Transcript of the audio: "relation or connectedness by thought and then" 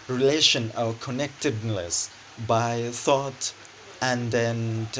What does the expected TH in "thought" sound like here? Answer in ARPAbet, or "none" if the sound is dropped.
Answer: TH